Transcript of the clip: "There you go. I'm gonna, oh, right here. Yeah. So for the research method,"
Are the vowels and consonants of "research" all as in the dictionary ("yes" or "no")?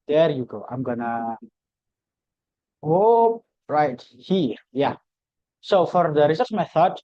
no